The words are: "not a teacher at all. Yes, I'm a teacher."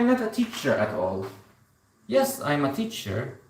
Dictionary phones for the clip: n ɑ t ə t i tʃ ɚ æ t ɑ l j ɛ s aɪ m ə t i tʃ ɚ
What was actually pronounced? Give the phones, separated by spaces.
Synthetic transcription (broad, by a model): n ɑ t ə t i tʃ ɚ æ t ɑ l j ɛ s aɪ m ə t i tʃ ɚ